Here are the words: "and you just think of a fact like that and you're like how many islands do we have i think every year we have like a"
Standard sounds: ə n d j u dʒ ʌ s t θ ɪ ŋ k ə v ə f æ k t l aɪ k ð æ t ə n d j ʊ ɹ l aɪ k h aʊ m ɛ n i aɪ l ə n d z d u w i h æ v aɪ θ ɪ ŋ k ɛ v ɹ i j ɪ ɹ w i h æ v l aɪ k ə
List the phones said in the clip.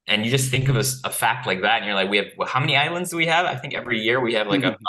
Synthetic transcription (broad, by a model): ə n j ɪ dʒ ʌ s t θ ɪ ŋ k ə v ə f æ k t l aɪ k ð æ t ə n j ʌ ɹ l aɪ k h aʊ m ɛ n i aɪ l ə n d z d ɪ w i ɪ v aɪ θ ɪ ŋ k ɛ v ɹ i j ɪ ɹ w i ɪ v l aɪ k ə